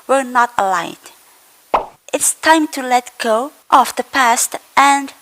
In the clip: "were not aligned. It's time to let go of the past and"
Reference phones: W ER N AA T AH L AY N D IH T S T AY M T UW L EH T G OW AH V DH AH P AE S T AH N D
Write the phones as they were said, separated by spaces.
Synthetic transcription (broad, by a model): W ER N AA T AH L AY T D IH T S T AY M T UW L EH T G OW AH F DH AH P AE S T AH N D